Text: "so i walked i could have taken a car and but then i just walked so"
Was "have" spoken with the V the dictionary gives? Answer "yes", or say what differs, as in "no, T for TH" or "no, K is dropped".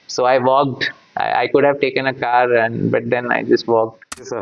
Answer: yes